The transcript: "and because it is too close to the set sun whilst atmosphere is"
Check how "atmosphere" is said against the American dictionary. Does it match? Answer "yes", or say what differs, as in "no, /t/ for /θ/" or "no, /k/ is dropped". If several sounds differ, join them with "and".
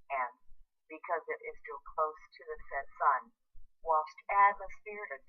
no, /p/ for /f/